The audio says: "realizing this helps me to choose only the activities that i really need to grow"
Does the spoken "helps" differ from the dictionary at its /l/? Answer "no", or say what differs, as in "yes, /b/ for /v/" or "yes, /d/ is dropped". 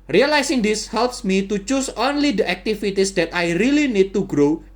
no